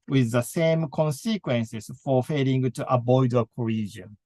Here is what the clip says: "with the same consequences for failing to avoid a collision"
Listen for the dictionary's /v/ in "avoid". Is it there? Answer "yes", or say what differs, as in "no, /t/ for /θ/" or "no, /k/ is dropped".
no, /b/ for /v/